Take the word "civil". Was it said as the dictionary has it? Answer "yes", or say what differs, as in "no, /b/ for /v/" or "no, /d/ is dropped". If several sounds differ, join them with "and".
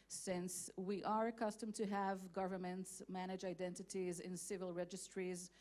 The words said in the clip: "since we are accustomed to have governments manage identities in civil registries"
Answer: yes